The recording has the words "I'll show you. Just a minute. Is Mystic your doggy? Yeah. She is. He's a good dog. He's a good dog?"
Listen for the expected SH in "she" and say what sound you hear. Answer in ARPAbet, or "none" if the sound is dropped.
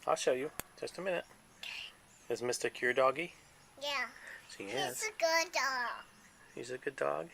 S